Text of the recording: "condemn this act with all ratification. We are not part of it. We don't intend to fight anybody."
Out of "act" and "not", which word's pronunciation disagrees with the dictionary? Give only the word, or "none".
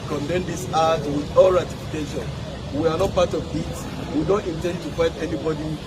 act